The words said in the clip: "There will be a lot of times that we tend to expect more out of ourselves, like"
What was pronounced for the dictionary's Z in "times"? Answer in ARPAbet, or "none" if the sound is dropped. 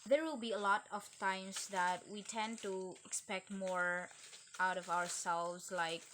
S